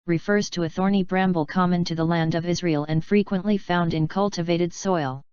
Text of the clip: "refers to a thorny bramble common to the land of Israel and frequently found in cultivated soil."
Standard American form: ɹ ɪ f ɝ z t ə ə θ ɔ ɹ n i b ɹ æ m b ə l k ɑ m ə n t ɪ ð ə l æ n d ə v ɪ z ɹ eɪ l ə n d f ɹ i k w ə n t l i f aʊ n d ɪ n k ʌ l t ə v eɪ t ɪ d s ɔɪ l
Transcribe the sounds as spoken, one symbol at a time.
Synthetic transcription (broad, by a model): ɹ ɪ f ɝ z t ə ə θ ɔ ɹ n i b ɹ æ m b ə l k ɑ m ə n t ɪ ð ə l æ n d ə v ɪ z ɹ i l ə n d f ɹ i k w ə n t l i f aʊ n d ɪ n k ʌ l t ə v eɪ t ɪ d s ɔɪ l